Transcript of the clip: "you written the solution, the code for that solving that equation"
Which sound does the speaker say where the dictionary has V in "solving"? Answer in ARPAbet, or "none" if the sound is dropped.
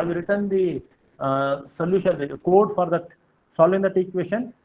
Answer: none